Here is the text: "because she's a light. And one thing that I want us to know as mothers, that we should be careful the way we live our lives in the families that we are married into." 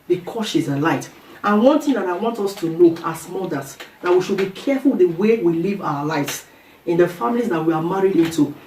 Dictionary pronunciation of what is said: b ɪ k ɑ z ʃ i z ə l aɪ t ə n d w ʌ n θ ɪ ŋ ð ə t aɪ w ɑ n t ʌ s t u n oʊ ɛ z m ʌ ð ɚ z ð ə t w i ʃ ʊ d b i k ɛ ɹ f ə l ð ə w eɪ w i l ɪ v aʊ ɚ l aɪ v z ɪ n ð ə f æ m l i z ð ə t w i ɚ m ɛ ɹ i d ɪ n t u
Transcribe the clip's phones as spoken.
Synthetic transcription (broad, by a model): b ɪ k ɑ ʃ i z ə l aɪ t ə n w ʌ n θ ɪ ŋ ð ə t aɪ w ɑ n t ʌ s t u l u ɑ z m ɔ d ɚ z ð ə t w i ʃ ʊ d b i k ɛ f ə l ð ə w eɪ w i l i v aʊ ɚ l aɪ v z ɪ n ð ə f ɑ m l i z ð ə t w i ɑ m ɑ ɹ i d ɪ n t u